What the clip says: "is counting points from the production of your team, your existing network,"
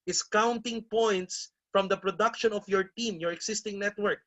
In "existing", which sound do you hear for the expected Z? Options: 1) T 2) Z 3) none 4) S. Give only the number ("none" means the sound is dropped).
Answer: 4